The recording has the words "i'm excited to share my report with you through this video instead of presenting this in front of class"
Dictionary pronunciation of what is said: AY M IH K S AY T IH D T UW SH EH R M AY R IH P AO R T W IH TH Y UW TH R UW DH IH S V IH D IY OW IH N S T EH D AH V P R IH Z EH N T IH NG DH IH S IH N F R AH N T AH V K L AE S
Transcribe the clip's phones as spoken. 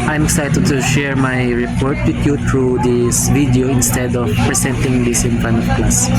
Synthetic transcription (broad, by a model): AY M IH K S AY T IH D T UW SH EH R M AY R IH P AO R T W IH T Y UW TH R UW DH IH S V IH D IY OW IH N S T EH D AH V P R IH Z EH N T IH NG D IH S IH N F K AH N AH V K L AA S